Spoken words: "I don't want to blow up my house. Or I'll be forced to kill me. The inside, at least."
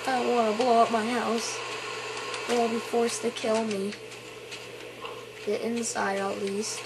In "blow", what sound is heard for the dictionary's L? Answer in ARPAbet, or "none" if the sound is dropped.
L